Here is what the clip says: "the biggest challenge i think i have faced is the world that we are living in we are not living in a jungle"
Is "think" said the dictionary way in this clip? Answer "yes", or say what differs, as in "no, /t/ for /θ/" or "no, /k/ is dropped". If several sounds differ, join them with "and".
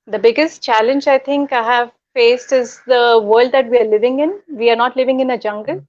no, /t/ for /θ/